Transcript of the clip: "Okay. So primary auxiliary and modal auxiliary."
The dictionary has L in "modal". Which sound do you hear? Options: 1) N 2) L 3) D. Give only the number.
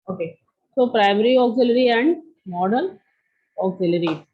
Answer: 1